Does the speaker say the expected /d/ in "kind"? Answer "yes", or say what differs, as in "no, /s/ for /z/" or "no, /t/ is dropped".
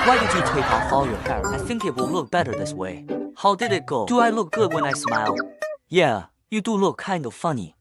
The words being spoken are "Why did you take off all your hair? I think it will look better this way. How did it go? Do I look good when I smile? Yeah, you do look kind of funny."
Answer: yes